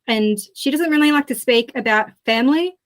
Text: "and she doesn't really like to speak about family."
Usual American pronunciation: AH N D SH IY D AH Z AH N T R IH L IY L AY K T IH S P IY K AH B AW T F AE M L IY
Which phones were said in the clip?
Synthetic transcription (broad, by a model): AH N SH IY D AH Z AH N T R IH L IY L AY K T IH S P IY K AH B AW T F AE M L IY